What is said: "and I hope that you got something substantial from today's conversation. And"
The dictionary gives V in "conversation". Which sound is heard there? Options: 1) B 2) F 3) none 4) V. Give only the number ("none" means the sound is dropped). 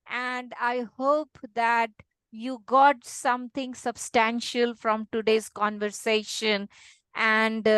4